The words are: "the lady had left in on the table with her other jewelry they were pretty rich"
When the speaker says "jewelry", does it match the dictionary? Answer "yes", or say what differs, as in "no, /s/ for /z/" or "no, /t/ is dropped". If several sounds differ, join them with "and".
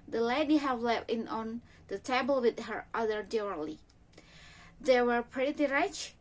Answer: no, /ɹ/ is dropped